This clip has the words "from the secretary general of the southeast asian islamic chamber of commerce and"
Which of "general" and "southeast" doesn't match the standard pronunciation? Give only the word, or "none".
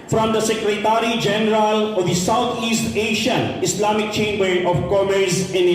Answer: southeast